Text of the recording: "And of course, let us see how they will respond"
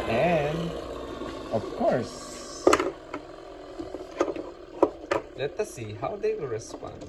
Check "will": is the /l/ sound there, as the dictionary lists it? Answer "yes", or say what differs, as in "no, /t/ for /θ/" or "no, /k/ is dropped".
no, /w/ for /l/